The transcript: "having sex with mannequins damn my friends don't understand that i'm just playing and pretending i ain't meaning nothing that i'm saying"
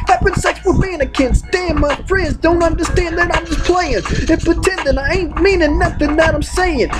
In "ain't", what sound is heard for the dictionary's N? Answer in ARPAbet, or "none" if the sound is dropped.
N